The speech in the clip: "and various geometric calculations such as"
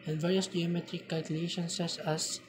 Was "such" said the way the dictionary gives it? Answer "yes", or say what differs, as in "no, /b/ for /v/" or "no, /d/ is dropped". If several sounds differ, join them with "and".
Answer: no, /s/ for /tʃ/